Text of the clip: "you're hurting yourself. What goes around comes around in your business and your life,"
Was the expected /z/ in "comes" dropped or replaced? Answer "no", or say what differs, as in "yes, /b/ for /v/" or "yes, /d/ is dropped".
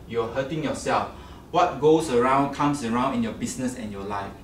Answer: yes, /s/ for /z/